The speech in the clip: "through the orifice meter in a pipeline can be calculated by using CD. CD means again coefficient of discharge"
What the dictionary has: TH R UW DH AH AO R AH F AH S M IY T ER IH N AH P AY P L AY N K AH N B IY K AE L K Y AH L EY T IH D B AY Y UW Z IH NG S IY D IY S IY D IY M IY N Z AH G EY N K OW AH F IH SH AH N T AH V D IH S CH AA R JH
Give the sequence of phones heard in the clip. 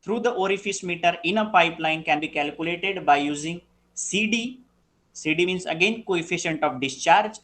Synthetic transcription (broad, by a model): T R UW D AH AO R AH F AH S M IY T ER IH N AH P AY P L AY N K AH N B IY K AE L K Y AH L EY T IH D B AY Y UW Z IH NG S IY D IY S IY D IY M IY N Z AH G EY N K OW AH F IH SH AH N T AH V D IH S CH AA R JH